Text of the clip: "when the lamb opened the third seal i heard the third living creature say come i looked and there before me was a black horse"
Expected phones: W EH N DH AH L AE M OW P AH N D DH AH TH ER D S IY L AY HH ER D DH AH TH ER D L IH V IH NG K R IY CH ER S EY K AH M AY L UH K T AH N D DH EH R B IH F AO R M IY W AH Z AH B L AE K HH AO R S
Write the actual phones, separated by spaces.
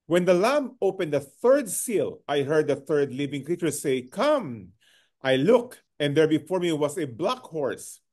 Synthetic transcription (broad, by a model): W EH N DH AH L AE M OW P AH N D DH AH TH ER D S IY L AY HH ER D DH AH TH ER D L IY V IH NG K R IY CH ER S EY K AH M AY L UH K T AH N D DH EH R B IH F AO R M IY W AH S AH B L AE K HH AO R S